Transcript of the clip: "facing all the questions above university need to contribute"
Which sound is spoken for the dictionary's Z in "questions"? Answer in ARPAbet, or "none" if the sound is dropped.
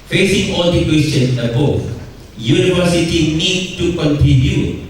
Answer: none